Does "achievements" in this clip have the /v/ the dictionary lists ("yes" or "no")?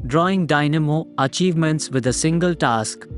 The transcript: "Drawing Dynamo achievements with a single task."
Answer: yes